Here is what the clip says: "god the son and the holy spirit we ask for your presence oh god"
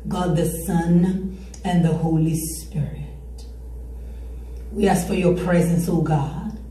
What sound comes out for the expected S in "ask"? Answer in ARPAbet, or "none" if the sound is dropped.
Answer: S